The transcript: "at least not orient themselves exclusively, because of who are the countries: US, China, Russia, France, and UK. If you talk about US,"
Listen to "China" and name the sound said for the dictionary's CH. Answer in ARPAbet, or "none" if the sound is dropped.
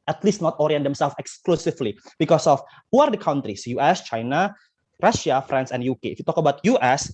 CH